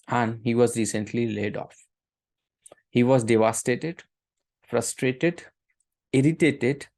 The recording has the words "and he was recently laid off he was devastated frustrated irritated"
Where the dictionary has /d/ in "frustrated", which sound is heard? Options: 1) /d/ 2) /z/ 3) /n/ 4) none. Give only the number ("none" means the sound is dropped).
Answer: 1